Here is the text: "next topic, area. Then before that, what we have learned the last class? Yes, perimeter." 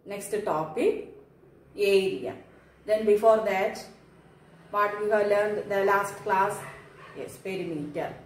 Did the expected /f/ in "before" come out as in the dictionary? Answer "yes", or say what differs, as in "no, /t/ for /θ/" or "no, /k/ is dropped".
yes